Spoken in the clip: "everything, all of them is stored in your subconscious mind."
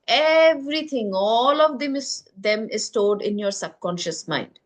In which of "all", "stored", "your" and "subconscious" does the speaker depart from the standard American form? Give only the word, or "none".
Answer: stored